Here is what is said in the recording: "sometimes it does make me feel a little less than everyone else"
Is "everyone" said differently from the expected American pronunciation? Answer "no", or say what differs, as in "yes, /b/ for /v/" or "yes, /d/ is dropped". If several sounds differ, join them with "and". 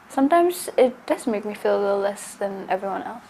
no